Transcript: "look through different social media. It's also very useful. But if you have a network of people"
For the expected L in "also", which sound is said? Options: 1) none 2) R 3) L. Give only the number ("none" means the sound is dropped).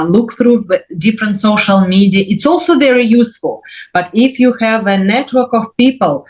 3